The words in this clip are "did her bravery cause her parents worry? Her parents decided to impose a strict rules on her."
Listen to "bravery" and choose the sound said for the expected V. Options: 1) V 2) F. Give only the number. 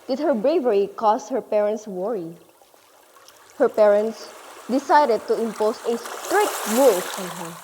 1